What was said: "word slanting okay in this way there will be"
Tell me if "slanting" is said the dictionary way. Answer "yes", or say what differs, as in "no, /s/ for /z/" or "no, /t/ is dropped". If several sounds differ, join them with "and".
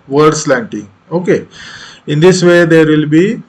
yes